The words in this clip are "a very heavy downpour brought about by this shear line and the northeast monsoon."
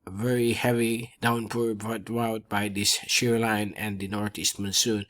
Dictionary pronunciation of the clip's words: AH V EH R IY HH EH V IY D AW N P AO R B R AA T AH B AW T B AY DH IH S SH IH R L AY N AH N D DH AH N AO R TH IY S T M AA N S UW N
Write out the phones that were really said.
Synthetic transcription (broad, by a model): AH V EH R IY HH EH V IY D AW N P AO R B R AA T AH UH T B AY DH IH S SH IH R L AY N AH N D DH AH N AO R T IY S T M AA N S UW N